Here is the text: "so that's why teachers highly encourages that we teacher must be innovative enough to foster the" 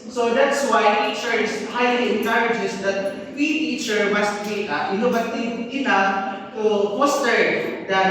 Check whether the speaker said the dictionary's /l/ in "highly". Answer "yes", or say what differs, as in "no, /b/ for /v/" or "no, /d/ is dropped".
yes